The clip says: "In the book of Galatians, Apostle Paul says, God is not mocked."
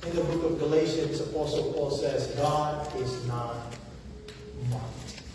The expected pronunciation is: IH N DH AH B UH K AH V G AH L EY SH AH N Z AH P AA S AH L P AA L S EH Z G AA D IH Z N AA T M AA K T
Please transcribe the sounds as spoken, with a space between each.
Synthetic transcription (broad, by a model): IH N DH AH B UH K AH V G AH L EY SH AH N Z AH P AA S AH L P AA L S EH Z G AA D IH Z N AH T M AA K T